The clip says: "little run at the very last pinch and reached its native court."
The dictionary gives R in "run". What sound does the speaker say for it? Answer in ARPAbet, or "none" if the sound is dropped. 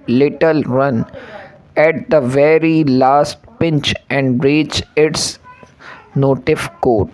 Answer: R